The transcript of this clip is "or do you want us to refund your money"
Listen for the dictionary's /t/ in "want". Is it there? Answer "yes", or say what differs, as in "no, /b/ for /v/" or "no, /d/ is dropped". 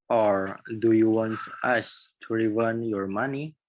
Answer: yes